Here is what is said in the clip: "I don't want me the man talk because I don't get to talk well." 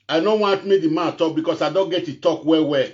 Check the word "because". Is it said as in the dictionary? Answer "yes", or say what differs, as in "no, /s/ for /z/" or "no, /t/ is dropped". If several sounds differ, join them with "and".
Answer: no, /s/ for /z/